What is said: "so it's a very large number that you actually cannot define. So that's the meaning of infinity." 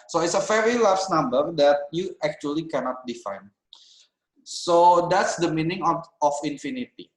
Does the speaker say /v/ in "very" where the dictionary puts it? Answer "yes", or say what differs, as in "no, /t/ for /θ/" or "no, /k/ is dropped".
no, /f/ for /v/